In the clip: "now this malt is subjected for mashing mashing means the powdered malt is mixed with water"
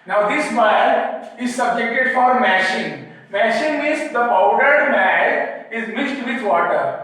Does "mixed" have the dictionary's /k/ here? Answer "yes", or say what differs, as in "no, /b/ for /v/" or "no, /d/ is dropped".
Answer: no, /k/ is dropped